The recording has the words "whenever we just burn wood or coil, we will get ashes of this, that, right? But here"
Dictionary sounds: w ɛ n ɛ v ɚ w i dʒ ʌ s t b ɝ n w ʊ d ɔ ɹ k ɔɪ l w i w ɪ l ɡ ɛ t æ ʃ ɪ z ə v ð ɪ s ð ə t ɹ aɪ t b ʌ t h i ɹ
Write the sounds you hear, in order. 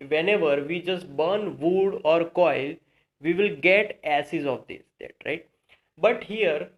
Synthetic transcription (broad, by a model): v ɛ n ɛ v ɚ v i dʒ ʌ s t b ɝ n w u d ɔ ɹ k ɔɪ l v i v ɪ l ɡ ɛ t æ s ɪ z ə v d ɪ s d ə t ɹ aɪ t b ʌ t h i ɹ